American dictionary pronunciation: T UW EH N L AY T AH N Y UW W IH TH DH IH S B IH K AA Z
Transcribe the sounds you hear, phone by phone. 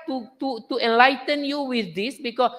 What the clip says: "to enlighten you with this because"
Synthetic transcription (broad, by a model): T UW EH N L AY T AH N Y UW W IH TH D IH S B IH K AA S